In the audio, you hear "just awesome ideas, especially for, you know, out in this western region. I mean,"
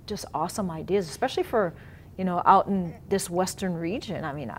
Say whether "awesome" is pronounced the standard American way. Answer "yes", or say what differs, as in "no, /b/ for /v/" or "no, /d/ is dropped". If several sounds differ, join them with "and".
yes